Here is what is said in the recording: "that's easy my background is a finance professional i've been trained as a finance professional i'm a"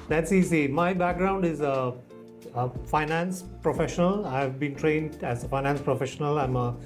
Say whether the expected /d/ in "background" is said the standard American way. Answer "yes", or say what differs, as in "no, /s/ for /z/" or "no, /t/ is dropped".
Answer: yes